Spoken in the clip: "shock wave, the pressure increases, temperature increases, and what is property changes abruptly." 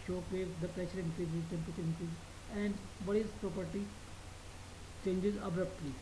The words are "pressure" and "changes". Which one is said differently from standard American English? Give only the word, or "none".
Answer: pressure